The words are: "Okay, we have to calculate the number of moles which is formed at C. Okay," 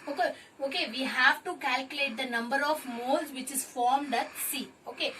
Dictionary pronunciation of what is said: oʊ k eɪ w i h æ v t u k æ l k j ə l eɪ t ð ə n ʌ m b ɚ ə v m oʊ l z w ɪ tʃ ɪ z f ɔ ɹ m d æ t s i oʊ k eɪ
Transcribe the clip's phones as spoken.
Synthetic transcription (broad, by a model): oʊ k eɪ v i h æ v t u k æ l k j ə l eɪ t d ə n ʌ m b ɚ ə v m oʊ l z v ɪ tʃ ɪ z f ɔ ɹ m d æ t s i oʊ k eɪ